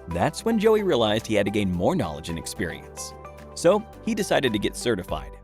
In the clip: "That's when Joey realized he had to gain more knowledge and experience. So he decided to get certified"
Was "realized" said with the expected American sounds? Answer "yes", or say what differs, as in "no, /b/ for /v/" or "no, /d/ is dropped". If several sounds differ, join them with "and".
yes